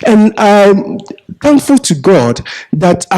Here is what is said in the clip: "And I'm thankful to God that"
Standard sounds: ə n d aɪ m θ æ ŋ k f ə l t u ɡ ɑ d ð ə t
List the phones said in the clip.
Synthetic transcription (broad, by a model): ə n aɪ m θ æ ŋ k f ə l t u ɡ ɑ d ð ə t